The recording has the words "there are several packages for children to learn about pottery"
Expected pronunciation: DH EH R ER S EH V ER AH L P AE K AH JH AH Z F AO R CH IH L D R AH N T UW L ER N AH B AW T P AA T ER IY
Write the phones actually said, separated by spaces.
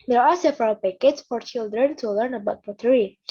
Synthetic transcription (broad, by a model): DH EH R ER S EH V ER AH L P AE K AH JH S F AO R CH IH L D R AH N T UW L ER N AH B AW T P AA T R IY